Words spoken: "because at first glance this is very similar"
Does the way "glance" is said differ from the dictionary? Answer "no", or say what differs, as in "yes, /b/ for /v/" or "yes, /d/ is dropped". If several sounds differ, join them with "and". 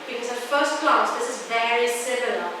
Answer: yes, /n/ is dropped